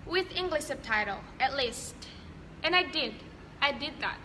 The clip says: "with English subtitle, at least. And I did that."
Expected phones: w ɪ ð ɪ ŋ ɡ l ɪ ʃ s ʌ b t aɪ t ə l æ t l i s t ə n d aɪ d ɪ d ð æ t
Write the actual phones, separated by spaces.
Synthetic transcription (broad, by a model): w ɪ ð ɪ ŋ ɡ l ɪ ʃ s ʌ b t aɪ t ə l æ t l i s t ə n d aɪ d ɪ d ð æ t